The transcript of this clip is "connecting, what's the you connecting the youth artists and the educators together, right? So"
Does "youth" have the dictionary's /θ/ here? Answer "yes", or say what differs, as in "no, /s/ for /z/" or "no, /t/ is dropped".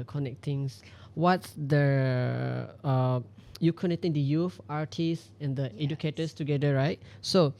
no, /f/ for /θ/